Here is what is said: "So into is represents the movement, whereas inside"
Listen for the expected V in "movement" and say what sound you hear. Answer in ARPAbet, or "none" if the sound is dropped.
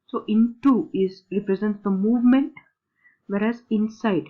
V